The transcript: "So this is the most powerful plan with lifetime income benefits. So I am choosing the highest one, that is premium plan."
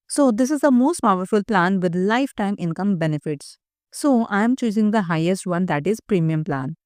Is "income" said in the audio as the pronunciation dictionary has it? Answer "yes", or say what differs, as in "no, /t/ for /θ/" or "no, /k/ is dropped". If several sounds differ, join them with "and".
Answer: yes